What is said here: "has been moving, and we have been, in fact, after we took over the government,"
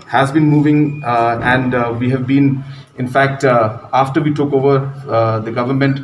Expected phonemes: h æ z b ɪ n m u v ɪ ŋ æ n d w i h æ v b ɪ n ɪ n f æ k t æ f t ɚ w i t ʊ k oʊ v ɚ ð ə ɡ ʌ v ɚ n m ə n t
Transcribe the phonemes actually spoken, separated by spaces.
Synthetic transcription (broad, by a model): h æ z b ɪ n m u v ɪ ŋ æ n d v i h æ v b ɪ n ɪ n f æ k t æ f t ɚ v i t ʊ k oʊ v ɚ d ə ɡ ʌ v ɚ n m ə n t